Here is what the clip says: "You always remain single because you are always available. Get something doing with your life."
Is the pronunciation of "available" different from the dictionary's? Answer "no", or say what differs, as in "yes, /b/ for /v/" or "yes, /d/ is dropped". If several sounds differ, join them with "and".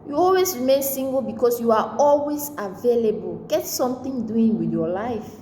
no